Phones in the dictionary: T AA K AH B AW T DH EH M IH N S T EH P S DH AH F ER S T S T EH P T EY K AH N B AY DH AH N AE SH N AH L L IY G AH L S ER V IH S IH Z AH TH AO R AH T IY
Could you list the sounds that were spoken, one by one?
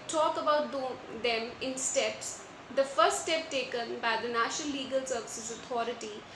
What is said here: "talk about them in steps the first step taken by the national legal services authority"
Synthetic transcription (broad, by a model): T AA K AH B AW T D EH M IH N S T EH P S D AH F ER S T S T EH P T EY K AH N B AY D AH N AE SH N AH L L IY G AH L S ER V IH S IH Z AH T AO R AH T IY